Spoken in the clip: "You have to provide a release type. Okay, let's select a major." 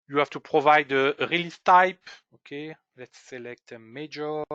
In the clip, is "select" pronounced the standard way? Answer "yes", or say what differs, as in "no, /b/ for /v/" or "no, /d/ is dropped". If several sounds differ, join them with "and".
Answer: yes